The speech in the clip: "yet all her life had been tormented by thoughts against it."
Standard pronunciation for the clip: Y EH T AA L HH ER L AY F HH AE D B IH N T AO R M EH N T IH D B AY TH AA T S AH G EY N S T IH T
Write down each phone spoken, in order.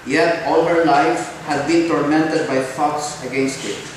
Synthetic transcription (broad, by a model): Y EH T AA L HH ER L AY F HH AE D B IH N T AO R M EH N T IH D B AY F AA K S AH G EY N S T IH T